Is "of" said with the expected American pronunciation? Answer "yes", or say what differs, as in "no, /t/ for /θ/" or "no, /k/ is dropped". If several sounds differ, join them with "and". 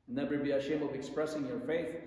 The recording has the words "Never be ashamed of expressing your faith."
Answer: yes